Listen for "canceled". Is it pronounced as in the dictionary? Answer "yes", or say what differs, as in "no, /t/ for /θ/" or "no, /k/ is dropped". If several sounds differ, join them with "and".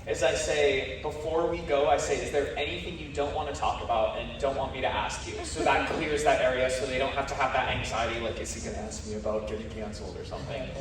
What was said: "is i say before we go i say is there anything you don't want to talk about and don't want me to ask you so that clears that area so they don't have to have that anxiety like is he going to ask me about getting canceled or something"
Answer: no, /d/ is dropped